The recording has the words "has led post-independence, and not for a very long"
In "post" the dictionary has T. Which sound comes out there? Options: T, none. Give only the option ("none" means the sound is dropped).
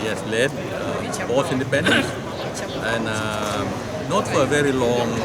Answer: none